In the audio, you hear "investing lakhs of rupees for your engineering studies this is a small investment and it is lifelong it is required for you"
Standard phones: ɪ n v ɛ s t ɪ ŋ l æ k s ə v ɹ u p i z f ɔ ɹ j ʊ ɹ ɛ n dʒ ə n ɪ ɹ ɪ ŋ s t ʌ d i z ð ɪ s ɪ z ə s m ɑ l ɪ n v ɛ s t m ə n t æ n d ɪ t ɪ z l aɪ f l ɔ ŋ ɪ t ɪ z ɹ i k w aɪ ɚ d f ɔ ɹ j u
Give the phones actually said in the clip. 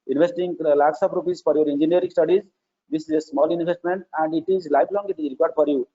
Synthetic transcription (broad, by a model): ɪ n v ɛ s t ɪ ŋ l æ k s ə p ɹ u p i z f ɔ ɹ j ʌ ɹ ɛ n dʒ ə n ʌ ɹ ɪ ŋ s t ʌ d i z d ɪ s ɪ z ə s m ɑ l ɪ n v ɛ s t m ə n t æ n d ɪ t ɪ z l aɪ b l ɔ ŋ ɪ t ɪ z ɹ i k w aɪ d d f ɔ ɹ j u